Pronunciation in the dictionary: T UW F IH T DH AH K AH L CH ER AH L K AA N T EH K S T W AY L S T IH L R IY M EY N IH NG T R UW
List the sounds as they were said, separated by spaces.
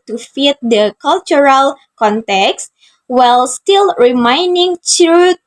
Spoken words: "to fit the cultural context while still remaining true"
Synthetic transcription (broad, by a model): T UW F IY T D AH K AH L CH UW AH L K AA N T EH K S T W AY L S T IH L R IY M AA N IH NG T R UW